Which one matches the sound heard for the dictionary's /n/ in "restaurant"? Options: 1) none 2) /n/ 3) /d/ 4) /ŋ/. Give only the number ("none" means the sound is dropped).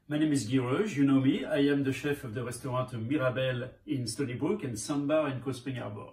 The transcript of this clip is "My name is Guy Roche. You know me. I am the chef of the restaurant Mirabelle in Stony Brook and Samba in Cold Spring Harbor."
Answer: 1